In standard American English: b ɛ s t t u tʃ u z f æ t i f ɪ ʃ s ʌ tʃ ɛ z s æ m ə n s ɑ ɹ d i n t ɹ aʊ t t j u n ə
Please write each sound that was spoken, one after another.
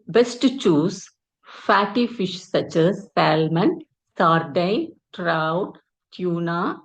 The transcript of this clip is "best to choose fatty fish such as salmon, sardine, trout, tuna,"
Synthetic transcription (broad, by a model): b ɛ s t t u tʃ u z f æ t i f ɪ ʃ s ʌ tʃ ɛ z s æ m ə n s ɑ ɹ d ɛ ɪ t ɹ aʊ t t j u n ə